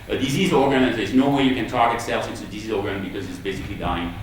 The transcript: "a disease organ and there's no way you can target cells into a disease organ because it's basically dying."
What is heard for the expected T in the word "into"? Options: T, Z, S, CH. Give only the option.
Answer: S